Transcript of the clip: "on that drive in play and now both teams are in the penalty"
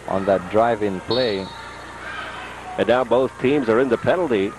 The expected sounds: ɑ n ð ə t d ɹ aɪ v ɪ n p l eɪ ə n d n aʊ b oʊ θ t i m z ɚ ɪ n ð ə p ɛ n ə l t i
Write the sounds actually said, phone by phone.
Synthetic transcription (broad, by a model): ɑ n ð ə t d ɹ aɪ v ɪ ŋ p l eɪ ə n n aʊ b oʊ θ t i m z ɚ ɪ n ð ə p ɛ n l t i